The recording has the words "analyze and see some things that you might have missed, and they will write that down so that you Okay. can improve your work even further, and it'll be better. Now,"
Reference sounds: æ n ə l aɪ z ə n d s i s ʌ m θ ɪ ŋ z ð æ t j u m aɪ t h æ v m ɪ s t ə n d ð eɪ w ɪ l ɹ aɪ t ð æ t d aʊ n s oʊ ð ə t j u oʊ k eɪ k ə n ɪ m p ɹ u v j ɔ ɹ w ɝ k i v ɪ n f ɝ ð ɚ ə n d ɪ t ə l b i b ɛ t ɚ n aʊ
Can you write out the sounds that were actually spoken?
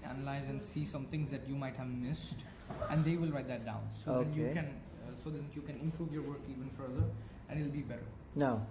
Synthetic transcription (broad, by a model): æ n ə l aɪ z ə n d s i s ʌ m t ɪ ŋ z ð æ t j u m aɪ t h æ v m ɪ s t ə n d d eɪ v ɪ l ɹ aɪ t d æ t d aʊ n s oʊ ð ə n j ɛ oʊ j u k ə n ɪ m p ɹ u v j ɔ ɹ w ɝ k i v ɪ n f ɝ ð ɚ ə n d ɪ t l b i b ɛ t ɚ n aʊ